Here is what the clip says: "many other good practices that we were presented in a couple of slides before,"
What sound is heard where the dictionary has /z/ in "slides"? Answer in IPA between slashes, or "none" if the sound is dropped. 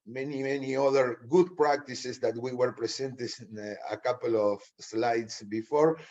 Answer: /s/